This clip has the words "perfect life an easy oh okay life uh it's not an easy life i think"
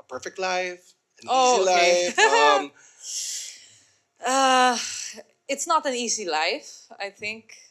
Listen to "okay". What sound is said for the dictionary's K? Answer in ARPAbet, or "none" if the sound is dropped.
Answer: none